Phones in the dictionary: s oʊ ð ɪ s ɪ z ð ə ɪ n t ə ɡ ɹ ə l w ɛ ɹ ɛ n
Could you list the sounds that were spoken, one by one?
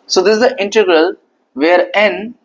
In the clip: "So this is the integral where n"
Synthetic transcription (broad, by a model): s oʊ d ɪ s ɪ z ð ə ɪ n t ə ɡ ɹ ə l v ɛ ɹ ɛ n